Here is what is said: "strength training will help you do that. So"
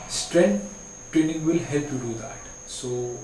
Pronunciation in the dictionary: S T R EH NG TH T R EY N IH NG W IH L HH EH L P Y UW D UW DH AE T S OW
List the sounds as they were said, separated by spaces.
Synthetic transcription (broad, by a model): S T R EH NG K T R EY N IH NG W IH L HH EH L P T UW D UW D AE T S OW